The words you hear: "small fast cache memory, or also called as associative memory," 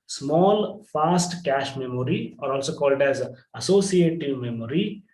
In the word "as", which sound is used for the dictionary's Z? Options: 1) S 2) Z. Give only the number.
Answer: 2